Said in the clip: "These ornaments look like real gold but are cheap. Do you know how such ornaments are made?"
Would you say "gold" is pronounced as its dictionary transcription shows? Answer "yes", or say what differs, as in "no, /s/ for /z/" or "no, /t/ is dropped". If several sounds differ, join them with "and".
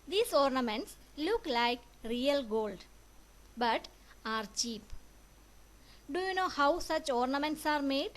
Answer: yes